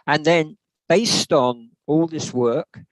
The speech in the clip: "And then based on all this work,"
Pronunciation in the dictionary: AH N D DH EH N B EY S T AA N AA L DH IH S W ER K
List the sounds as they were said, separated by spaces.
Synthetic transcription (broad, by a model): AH N DH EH N B EY S T N AA L DH IH S W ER K